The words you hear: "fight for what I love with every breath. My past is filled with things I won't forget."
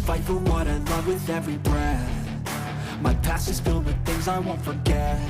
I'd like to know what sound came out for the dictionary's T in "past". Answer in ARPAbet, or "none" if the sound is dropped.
none